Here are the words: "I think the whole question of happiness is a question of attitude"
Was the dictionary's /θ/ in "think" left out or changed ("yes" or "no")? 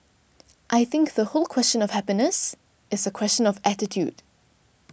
no